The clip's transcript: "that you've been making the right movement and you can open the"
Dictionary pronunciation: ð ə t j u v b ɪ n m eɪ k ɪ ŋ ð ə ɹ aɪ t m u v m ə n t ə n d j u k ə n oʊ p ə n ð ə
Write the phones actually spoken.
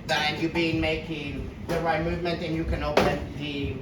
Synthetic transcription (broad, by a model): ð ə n j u b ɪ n m eɪ k ɪ ŋ ð ə ɹ aɪ t m u v m ə n t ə n j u k ə n oʊ p ə n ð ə